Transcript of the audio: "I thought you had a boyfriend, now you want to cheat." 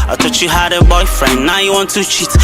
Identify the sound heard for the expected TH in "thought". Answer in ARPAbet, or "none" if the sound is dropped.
T